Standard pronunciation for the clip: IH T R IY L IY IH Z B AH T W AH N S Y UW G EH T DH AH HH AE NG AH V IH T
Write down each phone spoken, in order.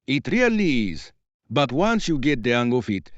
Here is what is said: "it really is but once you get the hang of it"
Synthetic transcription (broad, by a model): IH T R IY L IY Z B AH T W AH N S Y UW G EH T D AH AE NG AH F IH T